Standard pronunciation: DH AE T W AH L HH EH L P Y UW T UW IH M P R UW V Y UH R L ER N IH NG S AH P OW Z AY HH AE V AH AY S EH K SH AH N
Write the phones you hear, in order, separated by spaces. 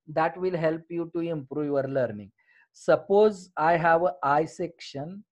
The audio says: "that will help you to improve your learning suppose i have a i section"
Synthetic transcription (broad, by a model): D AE T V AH L HH EH L P Y UW T UW IH M P R UW V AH R L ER N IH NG S AH P OW Z AY HH AE V AH AY S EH K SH AH N